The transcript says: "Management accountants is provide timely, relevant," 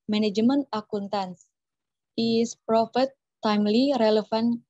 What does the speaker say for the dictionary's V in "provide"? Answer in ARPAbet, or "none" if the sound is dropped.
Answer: F